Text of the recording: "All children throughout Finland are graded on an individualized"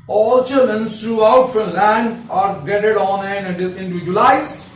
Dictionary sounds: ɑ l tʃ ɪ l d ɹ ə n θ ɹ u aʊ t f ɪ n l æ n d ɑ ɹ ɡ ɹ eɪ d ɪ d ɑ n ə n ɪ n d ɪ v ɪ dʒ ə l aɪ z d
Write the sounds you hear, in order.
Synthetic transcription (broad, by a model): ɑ l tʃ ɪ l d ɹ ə n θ ɹ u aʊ t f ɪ l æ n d ɑ ɹ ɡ eɪ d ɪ d ɑ n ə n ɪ n d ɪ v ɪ dʒ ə l aɪ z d